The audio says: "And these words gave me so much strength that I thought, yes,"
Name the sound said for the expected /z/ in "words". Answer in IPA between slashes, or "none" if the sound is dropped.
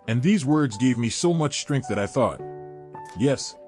/z/